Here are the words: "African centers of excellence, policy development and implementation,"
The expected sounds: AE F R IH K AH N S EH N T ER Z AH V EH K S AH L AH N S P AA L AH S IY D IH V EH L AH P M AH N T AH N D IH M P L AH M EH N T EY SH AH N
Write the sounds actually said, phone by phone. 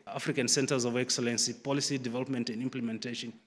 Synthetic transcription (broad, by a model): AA F R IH K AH N S EH N T ER Z AH V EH K S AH L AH N S P AA L AH S IY D IH V EH L AH P M AH N T AH N D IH M P L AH M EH N T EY SH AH N